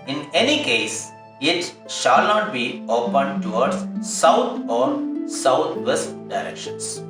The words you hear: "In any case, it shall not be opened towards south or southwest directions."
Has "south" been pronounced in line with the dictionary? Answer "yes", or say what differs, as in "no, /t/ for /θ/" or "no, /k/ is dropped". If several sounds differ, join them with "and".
no, /t/ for /θ/